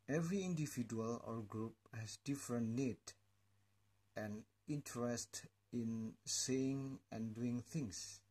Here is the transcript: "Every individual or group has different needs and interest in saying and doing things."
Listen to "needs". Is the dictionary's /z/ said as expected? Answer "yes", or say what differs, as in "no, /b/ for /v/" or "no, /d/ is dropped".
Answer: no, /z/ is dropped